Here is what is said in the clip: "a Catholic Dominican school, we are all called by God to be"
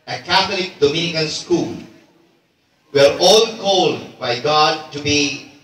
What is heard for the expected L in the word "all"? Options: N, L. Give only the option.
L